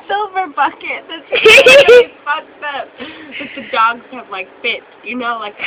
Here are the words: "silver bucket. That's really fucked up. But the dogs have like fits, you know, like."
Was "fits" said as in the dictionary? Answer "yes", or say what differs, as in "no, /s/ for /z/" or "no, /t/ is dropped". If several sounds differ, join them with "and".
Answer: no, /s/ is dropped